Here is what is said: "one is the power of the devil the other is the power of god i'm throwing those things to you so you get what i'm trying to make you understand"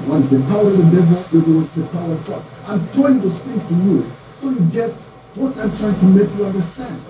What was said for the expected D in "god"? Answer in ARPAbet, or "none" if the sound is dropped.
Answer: none